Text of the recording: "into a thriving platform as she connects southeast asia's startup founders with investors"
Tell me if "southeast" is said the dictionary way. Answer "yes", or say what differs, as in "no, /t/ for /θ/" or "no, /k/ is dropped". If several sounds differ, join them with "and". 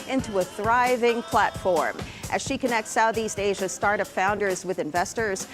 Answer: yes